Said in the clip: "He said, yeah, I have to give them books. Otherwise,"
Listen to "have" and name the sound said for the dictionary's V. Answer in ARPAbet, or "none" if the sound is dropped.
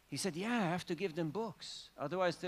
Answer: F